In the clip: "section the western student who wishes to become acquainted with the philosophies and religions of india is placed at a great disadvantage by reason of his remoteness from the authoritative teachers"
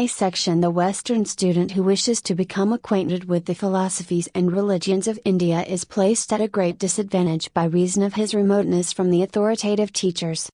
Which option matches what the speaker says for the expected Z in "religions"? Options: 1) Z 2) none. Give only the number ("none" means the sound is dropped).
1